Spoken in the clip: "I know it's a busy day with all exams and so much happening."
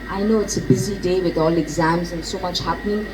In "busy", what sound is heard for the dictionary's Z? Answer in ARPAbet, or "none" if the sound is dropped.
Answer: Z